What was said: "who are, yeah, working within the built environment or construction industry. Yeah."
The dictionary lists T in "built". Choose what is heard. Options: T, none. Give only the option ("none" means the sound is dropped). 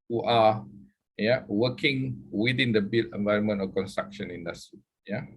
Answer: none